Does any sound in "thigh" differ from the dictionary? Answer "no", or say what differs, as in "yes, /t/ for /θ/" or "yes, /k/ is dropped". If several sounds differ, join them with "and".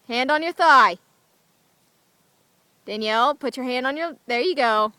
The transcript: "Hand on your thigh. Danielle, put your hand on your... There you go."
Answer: no